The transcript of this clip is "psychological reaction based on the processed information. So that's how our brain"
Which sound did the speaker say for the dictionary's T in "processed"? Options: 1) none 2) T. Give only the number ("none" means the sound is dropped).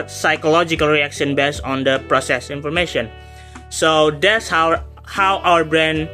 1